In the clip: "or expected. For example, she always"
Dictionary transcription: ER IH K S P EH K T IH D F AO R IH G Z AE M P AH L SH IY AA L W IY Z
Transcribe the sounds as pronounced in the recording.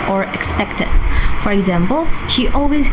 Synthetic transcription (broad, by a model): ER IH K S P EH K T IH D F AO R IH G Z AE M P AH L SH IY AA L W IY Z